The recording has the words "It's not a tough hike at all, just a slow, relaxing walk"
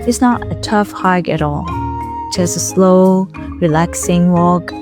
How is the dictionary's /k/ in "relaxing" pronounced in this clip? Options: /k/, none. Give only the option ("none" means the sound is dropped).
/k/